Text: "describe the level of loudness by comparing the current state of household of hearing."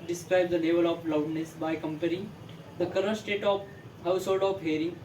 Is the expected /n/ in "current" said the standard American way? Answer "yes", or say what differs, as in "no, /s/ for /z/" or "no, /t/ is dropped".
no, /n/ is dropped